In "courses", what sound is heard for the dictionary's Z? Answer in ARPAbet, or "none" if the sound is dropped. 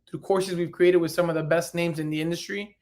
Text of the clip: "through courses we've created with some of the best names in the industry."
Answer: Z